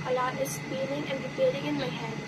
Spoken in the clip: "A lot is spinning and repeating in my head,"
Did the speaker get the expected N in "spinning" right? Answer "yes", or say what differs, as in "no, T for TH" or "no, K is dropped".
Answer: no, L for N